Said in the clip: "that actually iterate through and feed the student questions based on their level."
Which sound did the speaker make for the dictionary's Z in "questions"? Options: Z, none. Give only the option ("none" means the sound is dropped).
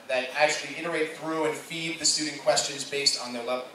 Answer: Z